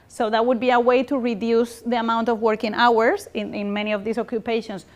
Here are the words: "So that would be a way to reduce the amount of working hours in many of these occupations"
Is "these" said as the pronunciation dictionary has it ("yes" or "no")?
no